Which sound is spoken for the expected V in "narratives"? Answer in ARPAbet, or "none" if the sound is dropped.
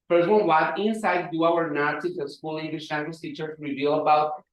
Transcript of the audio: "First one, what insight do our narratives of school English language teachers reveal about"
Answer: none